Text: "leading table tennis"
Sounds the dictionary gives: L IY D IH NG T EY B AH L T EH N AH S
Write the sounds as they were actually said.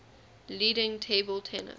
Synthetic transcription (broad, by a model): L IY D IH NG T EY B AH L T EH N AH